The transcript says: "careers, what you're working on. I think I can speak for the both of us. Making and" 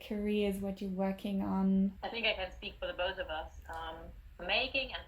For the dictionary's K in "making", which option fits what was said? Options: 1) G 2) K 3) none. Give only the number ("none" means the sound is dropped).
2